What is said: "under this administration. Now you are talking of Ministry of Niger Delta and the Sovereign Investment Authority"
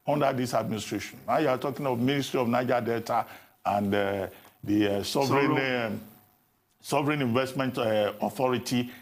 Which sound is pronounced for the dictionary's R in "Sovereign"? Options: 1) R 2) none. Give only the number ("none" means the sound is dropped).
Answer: 1